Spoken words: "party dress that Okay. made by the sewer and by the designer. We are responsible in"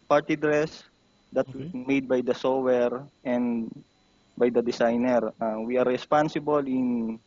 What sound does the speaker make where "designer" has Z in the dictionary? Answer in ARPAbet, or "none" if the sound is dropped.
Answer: S